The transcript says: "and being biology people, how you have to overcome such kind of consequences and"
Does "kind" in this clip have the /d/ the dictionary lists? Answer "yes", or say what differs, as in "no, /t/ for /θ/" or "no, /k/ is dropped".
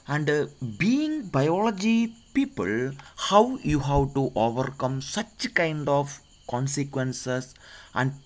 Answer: yes